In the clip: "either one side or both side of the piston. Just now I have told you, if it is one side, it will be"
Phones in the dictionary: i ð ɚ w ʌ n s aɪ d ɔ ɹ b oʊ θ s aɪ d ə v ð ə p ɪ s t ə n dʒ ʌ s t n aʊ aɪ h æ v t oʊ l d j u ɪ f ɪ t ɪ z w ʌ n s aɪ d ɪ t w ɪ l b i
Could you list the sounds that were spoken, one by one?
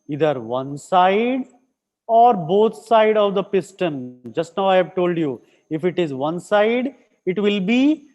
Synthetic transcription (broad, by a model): i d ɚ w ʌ n s aɪ d ɔ ɹ b oʊ t s aɪ d ə v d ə p ɪ s t ə n dʒ ʌ s t n aʊ aɪ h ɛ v t oʊ l d j u ɪ f ɪ t ɪ z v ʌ n s aɪ d ɪ t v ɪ l b i